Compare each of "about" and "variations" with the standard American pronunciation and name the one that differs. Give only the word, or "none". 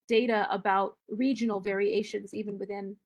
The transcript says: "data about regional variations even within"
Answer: none